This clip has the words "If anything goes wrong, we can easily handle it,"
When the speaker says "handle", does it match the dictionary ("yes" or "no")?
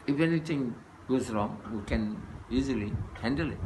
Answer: yes